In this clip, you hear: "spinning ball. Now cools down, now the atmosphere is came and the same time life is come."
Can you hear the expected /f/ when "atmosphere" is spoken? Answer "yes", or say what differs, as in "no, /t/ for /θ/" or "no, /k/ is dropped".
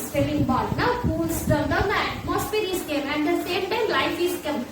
no, /p/ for /f/